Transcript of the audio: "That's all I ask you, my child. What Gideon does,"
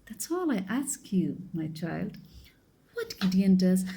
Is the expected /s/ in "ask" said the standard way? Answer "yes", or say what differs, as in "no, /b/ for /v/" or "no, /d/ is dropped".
yes